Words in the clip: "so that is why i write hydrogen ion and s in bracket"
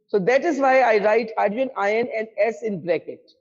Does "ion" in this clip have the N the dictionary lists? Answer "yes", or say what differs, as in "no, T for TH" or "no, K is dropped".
yes